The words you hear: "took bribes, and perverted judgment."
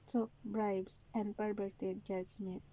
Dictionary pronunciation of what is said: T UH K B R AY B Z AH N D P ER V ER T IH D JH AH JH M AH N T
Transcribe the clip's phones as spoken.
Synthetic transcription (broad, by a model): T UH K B R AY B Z AH N D P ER B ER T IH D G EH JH M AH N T